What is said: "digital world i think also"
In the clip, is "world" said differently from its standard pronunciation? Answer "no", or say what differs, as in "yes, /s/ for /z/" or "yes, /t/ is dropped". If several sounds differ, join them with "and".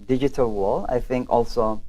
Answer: yes, /d/ is dropped